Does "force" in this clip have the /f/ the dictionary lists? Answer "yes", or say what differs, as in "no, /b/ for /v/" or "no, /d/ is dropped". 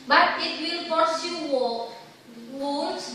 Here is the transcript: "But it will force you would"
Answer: no, /p/ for /f/